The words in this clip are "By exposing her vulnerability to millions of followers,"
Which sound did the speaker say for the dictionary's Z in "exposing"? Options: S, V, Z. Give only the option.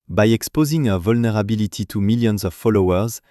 Z